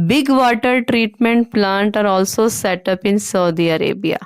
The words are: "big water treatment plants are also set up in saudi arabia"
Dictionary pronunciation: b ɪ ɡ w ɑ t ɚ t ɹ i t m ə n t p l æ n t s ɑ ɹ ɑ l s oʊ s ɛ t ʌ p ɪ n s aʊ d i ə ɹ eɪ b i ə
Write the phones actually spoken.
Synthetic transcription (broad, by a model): b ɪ ɡ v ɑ t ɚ t ɹ i t m ə n t p l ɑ n t ɑ ɹ ɑ l s oʊ s ɛ t ʌ p ɪ n s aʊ d i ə ɹ eɪ b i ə